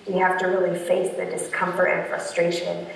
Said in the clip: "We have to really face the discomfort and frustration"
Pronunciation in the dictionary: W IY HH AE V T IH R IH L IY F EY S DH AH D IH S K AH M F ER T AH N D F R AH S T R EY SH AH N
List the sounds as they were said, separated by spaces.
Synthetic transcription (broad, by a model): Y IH HH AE F T IH R IH L IY F EY S DH AH D IH S K AH M F ER T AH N F R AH S T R EY SH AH N